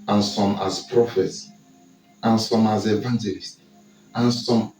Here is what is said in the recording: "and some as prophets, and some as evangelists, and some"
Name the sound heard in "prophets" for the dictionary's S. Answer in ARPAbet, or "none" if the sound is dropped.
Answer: S